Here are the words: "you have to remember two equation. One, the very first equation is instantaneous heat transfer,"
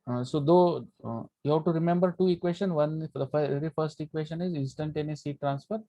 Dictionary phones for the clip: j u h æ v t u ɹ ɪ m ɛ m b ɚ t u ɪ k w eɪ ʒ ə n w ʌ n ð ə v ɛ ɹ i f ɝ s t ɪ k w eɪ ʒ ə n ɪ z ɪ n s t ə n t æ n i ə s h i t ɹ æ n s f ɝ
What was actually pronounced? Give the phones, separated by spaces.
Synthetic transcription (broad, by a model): j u h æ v t u ɹ ɪ m ɛ m b ɚ t u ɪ k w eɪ ʃ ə n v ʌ n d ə f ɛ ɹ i f ɝ s t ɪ k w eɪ ʃ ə n ɪ z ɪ n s t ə n t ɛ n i s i t ɹ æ n s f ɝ